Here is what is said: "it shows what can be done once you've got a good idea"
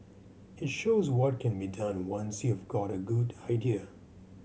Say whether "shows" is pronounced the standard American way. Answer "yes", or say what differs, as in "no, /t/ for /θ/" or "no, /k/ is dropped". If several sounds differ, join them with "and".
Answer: yes